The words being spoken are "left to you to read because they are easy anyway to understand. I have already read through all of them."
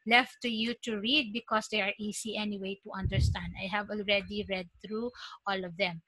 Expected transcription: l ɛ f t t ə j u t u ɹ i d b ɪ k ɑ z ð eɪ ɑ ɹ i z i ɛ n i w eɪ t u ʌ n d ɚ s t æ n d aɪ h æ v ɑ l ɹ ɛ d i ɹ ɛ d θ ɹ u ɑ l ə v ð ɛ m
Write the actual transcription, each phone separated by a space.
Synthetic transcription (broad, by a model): l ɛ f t t ə j u t u ɹ i d b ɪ k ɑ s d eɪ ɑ ɹ i s i ɛ n i w eɪ t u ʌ n d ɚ s t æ n d aɪ h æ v ɑ l ɹ ɛ d i ɹ ɛ d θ ɹ u ɑ l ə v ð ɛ m